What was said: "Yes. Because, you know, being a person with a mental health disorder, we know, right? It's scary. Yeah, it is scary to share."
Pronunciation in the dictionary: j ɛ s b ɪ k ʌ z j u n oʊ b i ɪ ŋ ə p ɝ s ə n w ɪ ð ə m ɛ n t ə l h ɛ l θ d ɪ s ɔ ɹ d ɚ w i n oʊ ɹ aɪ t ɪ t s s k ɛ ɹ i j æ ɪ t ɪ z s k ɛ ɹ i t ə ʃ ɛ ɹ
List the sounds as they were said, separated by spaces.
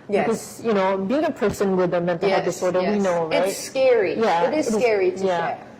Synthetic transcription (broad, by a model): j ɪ k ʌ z j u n oʊ b i ɪ ŋ ə p ɝ s ə n w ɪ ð ə m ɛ n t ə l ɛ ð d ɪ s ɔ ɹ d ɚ w i n oʊ ɹ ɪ ɪ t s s k ɛ ɹ i j æ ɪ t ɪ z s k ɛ ɹ i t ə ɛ